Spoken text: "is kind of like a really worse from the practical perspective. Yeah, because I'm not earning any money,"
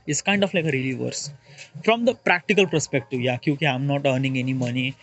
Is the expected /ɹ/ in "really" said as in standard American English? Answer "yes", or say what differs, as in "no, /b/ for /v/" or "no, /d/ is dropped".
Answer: yes